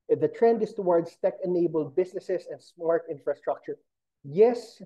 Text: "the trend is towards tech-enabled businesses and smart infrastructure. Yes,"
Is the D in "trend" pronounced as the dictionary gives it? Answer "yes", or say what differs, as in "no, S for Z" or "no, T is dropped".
yes